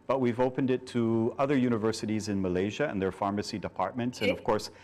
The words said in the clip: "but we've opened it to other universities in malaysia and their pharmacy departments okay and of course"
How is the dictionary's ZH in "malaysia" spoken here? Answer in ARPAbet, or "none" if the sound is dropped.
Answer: ZH